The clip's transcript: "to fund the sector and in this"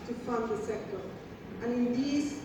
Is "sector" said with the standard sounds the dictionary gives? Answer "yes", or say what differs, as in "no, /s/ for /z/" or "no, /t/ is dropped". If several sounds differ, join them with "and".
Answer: yes